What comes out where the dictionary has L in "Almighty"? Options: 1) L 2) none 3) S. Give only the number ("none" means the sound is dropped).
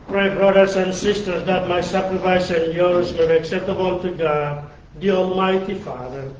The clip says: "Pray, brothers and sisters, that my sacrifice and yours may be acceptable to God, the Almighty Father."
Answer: 1